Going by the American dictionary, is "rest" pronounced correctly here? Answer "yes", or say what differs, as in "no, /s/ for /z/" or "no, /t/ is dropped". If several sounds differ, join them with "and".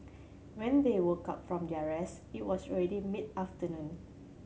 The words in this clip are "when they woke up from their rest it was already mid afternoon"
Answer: no, /t/ is dropped